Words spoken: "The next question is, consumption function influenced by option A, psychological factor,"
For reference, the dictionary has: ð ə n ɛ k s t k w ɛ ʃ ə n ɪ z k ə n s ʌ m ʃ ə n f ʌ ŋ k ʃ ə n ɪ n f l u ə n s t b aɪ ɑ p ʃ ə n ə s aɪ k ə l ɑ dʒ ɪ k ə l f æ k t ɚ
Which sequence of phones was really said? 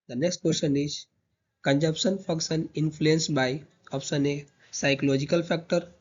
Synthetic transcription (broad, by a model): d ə n ɛ k s t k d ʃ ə n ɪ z k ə n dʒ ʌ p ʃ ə n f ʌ k s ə n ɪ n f l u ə n s b aɪ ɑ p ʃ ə n ə s aɪ k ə l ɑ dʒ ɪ k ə l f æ k t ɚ